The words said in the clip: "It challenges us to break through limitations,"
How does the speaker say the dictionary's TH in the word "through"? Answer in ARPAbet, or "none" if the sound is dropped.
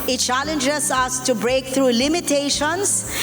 T